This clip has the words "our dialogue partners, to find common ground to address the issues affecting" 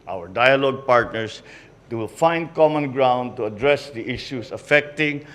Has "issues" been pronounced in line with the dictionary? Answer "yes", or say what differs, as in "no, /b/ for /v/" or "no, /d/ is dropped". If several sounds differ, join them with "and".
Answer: no, /s/ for /z/